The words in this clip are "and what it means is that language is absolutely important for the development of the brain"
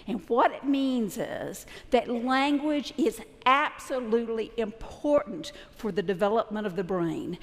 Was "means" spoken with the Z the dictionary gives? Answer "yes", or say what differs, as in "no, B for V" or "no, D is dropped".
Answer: yes